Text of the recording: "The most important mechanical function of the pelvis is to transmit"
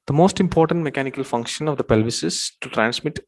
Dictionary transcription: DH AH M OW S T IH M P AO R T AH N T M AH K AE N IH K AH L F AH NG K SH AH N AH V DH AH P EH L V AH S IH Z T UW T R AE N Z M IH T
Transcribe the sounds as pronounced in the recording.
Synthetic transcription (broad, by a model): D AH M OW S T IH M P AO R T AH N T M AH K AE N IH K AH L F AH NG K SH AH N AH V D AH P EH L V AH S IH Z T UW T R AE N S M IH T